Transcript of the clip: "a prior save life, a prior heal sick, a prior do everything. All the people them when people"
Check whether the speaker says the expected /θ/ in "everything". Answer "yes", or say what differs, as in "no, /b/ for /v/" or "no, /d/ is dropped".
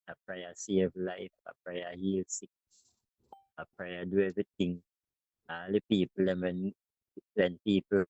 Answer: no, /t/ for /θ/